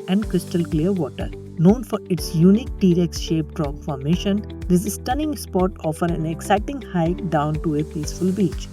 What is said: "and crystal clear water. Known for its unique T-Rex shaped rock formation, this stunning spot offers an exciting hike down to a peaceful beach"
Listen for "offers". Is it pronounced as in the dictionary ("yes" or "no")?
no